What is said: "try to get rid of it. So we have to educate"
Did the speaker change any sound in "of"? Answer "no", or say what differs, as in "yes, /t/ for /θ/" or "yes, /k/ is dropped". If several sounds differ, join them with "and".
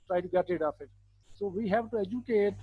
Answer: yes, /p/ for /v/